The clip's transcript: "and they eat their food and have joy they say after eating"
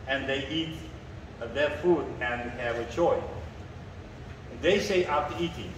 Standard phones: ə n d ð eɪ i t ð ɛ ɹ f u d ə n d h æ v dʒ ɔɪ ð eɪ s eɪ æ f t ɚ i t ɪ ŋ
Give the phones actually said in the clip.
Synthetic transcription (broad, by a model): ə n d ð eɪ i t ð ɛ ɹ f u d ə n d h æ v tʃ ɔɪ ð eɪ s eɪ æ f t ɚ i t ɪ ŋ